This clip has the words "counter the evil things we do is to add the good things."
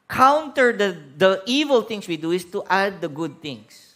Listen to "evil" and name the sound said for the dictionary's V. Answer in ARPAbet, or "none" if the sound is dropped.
V